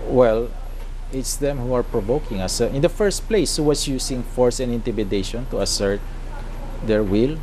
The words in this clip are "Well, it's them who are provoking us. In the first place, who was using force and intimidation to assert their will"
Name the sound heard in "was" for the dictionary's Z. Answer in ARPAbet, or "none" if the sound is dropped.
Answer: S